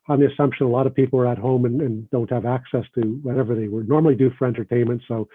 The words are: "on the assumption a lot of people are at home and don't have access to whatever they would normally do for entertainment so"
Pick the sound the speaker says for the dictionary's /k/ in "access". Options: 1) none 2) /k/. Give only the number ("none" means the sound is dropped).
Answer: 2